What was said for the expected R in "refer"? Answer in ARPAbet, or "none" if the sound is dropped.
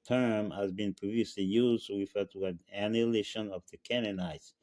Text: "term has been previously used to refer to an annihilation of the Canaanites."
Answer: W